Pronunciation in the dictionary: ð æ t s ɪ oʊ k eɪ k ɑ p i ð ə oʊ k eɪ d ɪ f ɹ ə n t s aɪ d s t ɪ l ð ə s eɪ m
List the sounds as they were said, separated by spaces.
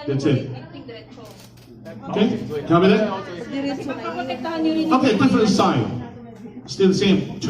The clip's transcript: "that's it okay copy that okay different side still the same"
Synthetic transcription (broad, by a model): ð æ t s ɪ oʊ k eɪ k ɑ b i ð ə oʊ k eɪ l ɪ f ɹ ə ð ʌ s aɪ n s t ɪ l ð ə s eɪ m